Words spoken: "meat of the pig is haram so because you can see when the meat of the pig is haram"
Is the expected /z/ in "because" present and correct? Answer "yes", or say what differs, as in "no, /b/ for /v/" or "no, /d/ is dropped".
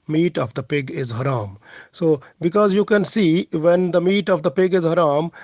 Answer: yes